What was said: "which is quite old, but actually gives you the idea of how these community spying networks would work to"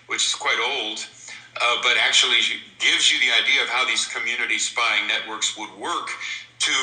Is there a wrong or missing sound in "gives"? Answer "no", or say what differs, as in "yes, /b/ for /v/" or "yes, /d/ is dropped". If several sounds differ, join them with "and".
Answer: no